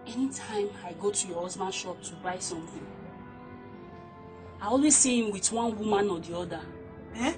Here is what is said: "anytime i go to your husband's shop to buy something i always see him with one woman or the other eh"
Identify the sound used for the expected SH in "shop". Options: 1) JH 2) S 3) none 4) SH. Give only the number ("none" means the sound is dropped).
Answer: 4